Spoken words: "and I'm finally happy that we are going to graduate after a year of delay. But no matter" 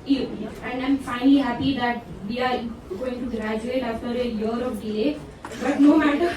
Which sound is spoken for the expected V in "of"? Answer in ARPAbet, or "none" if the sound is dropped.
P